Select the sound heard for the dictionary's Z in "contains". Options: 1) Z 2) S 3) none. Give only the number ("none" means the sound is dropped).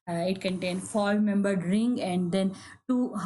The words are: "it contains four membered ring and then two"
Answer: 3